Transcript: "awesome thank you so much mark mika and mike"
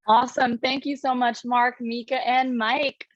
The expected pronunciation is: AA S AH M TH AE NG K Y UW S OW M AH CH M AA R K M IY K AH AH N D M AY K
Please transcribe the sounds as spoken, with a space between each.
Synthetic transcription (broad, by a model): AA S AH M TH AE NG K Y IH S OW M AH CH M AA R K M IY K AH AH N M AY K